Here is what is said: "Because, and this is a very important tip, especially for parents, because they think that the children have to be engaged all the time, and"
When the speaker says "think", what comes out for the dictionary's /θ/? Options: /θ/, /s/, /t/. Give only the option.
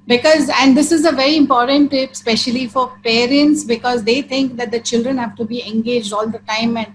/t/